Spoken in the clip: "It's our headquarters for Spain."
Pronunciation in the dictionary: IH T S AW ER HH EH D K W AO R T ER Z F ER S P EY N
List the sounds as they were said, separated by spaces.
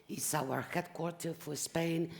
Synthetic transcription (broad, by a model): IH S AW ER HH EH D K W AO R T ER F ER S P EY N